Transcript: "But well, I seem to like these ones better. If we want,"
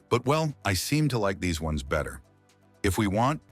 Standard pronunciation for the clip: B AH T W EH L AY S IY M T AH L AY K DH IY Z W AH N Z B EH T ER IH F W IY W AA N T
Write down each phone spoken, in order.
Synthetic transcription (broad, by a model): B AH T W EH L AY S IY M T AH L AY K DH IY Z W AH N Z B EH T ER IH F W IY W AA N T